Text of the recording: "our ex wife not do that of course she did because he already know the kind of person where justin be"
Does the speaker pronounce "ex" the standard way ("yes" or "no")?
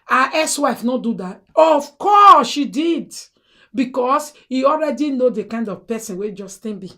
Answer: no